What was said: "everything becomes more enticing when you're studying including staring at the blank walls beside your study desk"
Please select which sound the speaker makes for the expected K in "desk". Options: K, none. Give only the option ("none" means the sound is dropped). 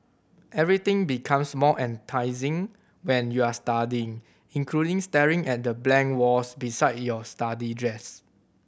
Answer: none